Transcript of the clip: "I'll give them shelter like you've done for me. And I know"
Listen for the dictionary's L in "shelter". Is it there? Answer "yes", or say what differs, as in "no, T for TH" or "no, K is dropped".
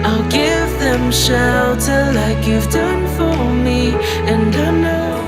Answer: no, L is dropped